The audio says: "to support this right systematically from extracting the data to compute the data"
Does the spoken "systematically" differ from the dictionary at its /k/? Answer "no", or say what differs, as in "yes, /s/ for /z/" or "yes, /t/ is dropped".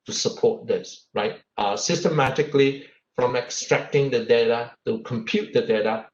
no